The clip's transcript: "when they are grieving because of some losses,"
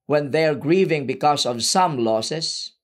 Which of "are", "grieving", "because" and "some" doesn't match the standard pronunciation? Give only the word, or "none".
because